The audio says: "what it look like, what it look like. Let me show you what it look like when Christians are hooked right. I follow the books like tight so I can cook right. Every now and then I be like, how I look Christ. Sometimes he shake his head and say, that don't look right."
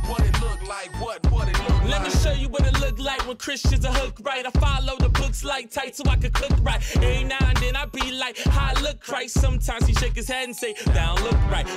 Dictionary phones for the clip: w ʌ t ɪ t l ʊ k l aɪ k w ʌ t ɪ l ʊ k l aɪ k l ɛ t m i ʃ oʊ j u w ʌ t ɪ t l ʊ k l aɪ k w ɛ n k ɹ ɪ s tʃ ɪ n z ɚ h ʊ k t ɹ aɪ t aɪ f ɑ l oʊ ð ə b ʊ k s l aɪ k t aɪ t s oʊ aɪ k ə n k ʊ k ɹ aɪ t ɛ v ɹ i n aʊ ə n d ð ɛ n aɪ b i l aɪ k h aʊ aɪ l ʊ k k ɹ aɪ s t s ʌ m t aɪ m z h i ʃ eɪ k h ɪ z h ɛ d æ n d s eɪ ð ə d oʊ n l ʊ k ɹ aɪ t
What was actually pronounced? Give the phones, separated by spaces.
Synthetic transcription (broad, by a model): w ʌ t ɪ t l ʊ k l aɪ k w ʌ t ɪ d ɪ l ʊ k l ɛ t m i ʃ oʊ j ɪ w ʌ t ɪ t l ʊ k l aɪ k w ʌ n k ɹ ɪ s tʃ ɪ n z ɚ h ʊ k ɹ aɪ t aɪ f ɑ l oʊ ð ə b ʊ k s l aɪ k t aɪ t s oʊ aɪ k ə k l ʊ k ɹ aɪ t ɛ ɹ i n aʊ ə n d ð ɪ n aɪ b i l aɪ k h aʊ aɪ l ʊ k k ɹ aɪ t s ʌ m t aɪ m z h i ʃ eɪ k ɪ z h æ n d s eɪ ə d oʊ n l ʊ k ɹ aɪ t